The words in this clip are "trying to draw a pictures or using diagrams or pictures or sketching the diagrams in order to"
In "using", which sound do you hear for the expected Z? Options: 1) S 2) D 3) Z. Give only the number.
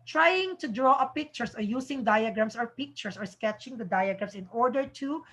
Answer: 1